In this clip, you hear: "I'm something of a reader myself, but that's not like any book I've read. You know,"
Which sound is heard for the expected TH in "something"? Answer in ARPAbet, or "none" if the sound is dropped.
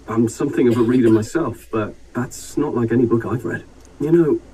TH